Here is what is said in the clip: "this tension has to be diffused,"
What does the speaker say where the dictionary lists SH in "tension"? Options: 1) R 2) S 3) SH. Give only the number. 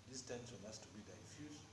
2